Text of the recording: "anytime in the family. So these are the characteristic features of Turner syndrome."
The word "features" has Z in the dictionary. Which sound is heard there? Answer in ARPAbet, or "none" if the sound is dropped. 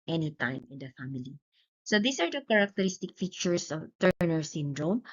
S